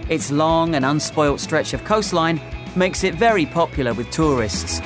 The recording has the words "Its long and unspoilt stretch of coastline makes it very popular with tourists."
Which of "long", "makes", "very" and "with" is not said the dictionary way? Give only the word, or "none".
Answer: none